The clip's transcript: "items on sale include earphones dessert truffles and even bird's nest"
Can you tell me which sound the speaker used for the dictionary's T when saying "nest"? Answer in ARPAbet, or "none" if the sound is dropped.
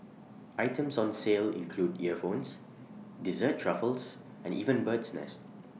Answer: T